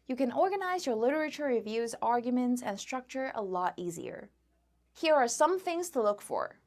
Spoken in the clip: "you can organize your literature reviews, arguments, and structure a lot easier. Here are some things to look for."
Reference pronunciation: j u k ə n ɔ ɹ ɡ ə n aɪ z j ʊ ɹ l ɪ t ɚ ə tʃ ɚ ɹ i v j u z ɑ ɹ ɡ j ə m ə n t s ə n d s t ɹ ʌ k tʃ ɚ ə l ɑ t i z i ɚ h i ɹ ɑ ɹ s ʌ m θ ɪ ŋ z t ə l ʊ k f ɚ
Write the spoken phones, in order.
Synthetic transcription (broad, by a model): j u k ə n ɔ ɹ ɡ ə n aɪ z j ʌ ɹ l ɪ t ɚ ə tʃ ɚ ɹ i v j u z ɑ ɹ ɡ j ə m ə n t s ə n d s t ɹ ʌ k tʃ ɚ ə l ɑ t i z i ɚ h i ɹ ɑ ɹ s ʌ m θ ɪ ŋ z t ə l ʊ k f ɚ